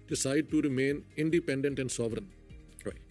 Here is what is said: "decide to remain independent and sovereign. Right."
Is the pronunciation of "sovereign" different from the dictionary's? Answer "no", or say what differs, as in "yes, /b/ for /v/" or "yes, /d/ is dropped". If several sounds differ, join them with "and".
no